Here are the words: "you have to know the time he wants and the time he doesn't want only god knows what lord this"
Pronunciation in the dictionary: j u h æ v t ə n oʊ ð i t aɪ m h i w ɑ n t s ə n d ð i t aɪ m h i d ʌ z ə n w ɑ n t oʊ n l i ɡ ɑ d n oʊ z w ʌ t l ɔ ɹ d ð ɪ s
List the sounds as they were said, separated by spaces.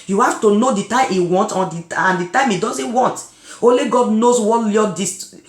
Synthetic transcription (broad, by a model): j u h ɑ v t ə n oʊ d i t aɪ m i w ɑ n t ə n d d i t aɪ m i d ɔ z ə n w ɑ n t oʊ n l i ɡ ɑ d n oʊ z w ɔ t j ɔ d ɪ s